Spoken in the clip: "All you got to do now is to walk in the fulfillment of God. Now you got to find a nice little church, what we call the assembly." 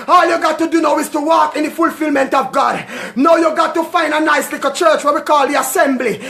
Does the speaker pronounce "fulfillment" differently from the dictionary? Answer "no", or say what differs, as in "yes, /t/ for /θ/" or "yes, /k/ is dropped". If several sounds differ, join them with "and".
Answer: no